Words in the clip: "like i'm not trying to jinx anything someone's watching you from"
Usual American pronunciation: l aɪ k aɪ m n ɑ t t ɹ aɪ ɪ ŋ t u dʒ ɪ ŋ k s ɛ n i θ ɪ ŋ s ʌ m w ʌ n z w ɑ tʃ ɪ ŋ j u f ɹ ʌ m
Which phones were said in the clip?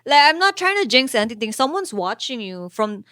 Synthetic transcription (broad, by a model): l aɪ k aɪ m n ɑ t t ɹ aɪ ɪ ŋ t u dʒ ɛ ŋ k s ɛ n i t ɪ ŋ s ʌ m w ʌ n s w ɑ tʃ ɪ ŋ j u f ɹ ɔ m